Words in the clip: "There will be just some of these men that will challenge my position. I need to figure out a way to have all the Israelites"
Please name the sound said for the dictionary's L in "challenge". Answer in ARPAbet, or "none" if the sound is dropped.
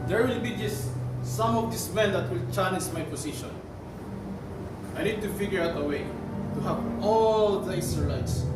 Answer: N